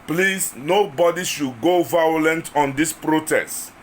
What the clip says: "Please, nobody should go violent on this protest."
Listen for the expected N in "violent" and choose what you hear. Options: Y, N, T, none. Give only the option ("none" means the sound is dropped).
N